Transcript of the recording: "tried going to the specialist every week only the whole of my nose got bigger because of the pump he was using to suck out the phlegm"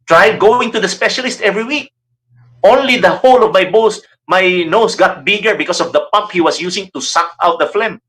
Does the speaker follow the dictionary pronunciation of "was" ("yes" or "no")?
no